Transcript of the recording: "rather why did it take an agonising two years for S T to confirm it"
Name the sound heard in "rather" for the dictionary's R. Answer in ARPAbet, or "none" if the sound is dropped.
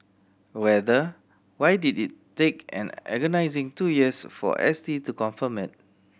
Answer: W